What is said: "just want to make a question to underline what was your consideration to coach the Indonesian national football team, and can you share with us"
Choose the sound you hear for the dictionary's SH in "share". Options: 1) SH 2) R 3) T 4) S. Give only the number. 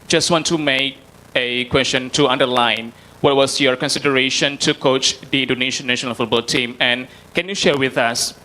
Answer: 1